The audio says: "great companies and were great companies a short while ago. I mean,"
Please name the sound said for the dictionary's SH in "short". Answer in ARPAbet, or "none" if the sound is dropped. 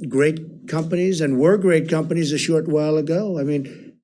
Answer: SH